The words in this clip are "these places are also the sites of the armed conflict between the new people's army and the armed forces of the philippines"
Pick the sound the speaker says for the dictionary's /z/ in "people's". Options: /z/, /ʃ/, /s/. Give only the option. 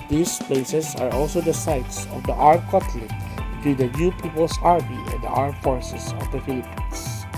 /s/